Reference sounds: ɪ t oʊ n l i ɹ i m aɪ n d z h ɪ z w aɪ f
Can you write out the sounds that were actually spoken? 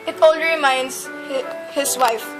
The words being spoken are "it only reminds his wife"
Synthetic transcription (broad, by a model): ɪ t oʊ l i ɹ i m aɪ n d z h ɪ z w aɪ f